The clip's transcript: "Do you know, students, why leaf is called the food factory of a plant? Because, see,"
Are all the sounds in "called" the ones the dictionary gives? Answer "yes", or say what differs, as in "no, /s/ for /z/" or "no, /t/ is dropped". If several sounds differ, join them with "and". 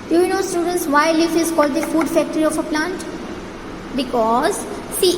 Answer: yes